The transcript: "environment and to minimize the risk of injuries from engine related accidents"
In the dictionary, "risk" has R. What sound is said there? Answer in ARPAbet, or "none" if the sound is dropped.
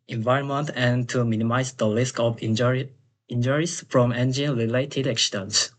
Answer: L